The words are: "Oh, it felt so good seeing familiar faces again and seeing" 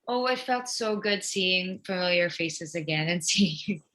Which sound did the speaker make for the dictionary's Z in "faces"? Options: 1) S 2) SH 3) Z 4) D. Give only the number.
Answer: 3